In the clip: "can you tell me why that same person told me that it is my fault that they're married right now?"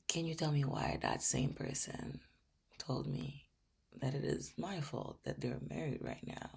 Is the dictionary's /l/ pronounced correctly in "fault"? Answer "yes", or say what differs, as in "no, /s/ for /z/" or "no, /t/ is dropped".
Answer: yes